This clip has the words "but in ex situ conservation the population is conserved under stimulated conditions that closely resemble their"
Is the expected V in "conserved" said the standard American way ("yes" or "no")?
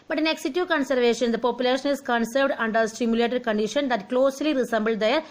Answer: yes